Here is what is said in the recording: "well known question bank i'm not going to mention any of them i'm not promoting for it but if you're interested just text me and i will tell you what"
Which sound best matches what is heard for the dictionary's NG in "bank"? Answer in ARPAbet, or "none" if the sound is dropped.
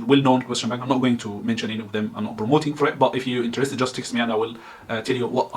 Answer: none